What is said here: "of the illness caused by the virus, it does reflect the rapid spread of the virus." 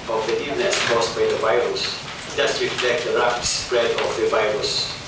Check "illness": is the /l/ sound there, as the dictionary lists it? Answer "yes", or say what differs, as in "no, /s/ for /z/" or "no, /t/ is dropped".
no, /l/ is dropped